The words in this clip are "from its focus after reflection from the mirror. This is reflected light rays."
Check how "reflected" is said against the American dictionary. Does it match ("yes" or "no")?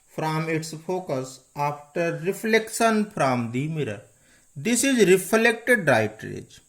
yes